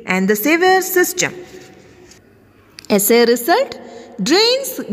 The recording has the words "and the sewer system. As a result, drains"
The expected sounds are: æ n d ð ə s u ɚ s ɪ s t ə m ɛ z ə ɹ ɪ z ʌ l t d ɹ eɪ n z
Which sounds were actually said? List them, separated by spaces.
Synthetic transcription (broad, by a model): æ n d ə s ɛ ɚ s ɪ s t ə m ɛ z ə ɹ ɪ s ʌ l t d ɹ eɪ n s